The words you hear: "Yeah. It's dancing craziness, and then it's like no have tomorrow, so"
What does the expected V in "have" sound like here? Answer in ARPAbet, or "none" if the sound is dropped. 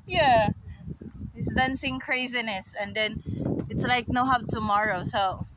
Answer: P